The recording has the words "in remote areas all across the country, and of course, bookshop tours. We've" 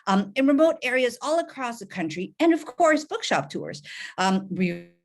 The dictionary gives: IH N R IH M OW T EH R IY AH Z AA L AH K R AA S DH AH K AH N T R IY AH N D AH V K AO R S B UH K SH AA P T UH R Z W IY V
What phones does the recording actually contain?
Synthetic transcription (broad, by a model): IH N R IH M OW T EH R IY AH Z AA L AH K R AA S DH AH K AH N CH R IY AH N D AH V K AO R S B UH K SH AA P T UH R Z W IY